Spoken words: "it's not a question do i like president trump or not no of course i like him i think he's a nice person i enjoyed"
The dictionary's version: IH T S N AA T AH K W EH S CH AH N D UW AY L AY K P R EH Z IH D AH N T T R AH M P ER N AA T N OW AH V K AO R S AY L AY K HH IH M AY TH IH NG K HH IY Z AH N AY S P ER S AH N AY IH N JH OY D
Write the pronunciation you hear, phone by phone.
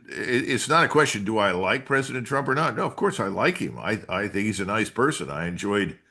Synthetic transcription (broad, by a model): IH T S N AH T AH K W EH S CH AH N D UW AY L AY K P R EH Z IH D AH N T T R AH M P ER N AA T N OW AH V K AO R S AY L AY K HH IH M AY TH IH NG K HH IY Z AH N AY S P ER S AH N AY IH N JH OY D